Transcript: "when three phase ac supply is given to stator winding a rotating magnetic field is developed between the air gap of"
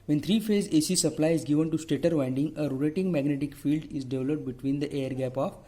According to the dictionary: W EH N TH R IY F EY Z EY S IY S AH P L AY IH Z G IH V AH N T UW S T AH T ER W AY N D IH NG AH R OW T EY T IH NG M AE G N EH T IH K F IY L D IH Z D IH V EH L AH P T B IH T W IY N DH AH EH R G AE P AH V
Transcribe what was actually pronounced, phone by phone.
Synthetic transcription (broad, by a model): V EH N T R IY F EY Z EY S IY S AH P L AY IH Z G IH V AH N T UW S T AH T ER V AY N D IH NG AH R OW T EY T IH NG M AE G N EH T IH K F IY L D IH Z D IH V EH L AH P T B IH T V IY N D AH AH R G AE P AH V